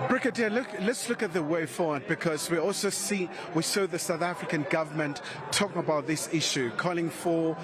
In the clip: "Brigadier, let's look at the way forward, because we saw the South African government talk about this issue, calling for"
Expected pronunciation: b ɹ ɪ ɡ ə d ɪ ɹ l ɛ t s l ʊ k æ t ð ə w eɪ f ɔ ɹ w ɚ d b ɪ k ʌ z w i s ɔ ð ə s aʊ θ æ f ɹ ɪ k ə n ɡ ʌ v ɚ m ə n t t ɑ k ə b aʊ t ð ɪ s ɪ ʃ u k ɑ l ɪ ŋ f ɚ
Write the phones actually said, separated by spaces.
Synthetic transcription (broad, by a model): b ɹ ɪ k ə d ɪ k l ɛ t s l ʊ k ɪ t ð ə w eɪ f ɔ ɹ w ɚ d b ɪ k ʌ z w i s ɔ ð ə s aʊ θ æ f ɹ ɪ k ə n ɡ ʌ v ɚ m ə n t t ɑ k ə b aʊ t ð ɪ s ɪ ʃ u k ɑ l ɪ ŋ f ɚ